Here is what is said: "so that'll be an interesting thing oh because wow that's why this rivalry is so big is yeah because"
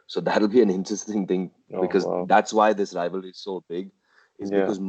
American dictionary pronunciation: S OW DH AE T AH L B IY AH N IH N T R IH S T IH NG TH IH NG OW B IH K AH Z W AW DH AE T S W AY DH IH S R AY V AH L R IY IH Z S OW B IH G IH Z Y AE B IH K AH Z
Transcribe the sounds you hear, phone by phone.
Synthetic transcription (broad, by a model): S OW DH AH T L B IY AH N IH N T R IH S T IH NG TH IH NG B IH K AH Z DH AE T S W AY DH IH S R AY V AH L IH Z S OW B IH G IH Z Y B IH K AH Z